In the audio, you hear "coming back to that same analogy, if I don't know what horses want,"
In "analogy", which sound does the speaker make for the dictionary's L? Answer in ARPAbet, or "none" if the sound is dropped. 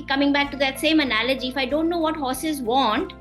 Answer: L